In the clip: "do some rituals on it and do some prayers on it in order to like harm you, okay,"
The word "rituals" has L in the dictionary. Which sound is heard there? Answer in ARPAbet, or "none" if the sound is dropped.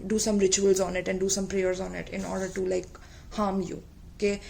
L